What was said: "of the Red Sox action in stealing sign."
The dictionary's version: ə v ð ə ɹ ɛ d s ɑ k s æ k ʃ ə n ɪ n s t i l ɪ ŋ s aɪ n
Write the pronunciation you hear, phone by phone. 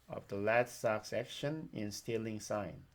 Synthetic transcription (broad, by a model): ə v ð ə l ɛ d s ɑ k s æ k ʃ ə n ɪ n s t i l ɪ ŋ s aɪ n